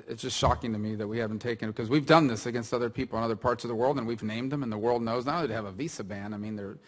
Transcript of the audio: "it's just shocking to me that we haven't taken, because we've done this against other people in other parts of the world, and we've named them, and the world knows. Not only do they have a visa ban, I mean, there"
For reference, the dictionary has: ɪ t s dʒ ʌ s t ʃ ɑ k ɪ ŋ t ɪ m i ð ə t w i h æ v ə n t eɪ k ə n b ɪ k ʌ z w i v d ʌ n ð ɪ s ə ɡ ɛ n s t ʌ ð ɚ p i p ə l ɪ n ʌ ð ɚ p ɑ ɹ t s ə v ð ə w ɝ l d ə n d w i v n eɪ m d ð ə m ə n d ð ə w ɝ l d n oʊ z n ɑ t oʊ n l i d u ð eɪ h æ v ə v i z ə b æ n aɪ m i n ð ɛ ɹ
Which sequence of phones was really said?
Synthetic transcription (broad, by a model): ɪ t s dʒ ʌ s t ʃ ɑ k ɪ ŋ t ɪ m i ð ə t w i h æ v n t eɪ k ə n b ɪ k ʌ z w i v d ʌ n ð ɪ s ə ɡ ɛ n s t ʌ ð ɚ p i p l ɪ n ʌ ð ɚ p ɑ ɹ t s ə v ð ə w ɝ l d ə n w i v n eɪ m d ð ə m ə n ð ə w ɝ l d n oʊ z n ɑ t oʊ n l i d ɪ v ə v i s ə b æ n aɪ m i n ð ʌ ɹ